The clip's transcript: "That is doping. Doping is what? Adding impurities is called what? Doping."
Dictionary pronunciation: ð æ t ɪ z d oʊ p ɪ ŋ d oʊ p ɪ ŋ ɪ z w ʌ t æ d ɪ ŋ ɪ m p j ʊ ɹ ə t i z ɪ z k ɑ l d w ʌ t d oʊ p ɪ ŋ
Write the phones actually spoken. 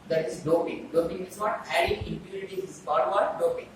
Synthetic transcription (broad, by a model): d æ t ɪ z d oʊ p ɪ ŋ d oʊ p ɪ ŋ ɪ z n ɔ t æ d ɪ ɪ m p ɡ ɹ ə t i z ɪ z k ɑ d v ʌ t d oʊ p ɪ ŋ